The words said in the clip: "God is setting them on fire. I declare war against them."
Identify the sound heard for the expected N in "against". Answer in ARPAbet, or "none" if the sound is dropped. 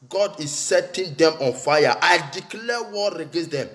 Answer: none